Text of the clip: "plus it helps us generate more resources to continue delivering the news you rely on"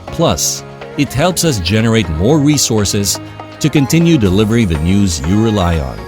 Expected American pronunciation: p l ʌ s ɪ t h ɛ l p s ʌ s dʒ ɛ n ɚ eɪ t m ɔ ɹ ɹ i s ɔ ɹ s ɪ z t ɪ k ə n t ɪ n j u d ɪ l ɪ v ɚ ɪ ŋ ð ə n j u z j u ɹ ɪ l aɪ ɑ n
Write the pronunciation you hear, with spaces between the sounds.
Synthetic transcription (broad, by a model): p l ʌ s ɪ t h ɛ l p s ʌ s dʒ ɛ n ɚ eɪ t m ɔ ɹ ɹ i s ɔ ɹ s ɪ z t ɪ k ə n t ɪ n j u d ɪ l ɪ v ɚ ɪ ŋ ð ə n j u z j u ɹ ɪ l aɪ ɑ n